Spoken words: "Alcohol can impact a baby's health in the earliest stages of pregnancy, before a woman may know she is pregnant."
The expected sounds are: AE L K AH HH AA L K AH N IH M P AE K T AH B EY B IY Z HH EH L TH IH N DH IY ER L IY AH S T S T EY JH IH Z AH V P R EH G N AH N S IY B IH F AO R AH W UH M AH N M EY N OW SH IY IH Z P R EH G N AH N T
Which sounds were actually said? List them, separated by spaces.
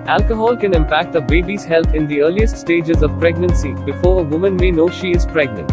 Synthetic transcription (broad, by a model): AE L K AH HH AA L K AH N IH M P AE K T AH B EY B IY Z HH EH L T IH N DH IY ER L IY AH S T S T EY JH IH Z AH V P R EH G N AH N S IY B IH F AO R AH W UH M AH N M EY N OW SH IY IH Z P R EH G N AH N T